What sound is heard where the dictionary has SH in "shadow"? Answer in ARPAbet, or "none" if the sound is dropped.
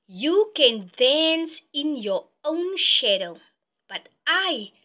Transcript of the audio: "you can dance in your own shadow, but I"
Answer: SH